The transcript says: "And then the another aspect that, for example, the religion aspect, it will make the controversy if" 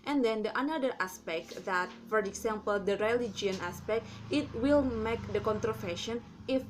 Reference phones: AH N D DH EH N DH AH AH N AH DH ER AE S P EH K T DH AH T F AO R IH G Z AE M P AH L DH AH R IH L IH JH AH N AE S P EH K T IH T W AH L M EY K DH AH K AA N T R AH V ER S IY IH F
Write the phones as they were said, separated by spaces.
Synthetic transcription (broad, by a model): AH N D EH N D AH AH N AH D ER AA S P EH K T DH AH T F AO R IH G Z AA M P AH L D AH R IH L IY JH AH N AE S P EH K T IH T W AH L M EY K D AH K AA N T R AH F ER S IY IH F